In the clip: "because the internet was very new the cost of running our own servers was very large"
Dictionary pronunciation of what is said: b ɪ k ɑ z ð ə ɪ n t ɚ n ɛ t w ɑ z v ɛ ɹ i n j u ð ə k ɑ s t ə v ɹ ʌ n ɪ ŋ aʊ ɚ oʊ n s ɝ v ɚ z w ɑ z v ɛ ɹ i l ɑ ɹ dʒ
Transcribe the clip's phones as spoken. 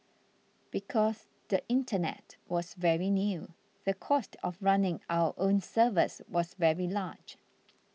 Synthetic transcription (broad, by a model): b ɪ k ɑ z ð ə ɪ n t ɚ n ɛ t w ɑ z v ɛ ɹ i n j u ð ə k ɑ s t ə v ɹ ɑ n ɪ ŋ aʊ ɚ oʊ n s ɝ v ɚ s w ɑ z v ɛ ɹ i l ɑ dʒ